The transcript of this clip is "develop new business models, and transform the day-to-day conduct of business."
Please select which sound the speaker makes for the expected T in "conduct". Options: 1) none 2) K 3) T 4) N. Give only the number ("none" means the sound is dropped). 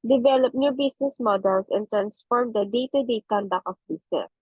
1